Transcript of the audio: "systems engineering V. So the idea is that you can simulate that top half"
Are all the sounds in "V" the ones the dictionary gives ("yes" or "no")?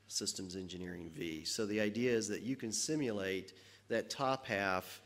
yes